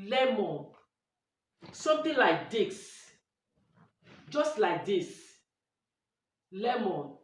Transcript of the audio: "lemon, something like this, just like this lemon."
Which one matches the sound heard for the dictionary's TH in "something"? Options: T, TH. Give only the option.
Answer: T